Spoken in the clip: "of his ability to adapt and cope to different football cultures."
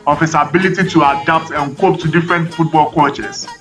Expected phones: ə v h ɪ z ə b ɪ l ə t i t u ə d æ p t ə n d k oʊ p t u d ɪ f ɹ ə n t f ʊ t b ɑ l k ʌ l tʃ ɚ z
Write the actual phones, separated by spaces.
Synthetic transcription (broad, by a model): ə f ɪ s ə b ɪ l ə t i t u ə d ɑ p t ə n k oʊ p t u d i f ɹ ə n t f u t b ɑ l k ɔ tʃ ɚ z